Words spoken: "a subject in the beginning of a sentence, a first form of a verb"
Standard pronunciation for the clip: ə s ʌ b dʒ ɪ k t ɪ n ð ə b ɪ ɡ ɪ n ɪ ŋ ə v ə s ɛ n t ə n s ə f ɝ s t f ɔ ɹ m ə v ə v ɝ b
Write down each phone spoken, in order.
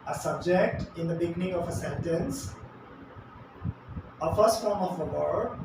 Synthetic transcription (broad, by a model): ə s ʌ b dʒ ɪ k t ɪ n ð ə b ɪ ɡ ɪ n ɪ ŋ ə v ə s ɛ n t ə n s ə f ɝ s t f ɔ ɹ m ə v ə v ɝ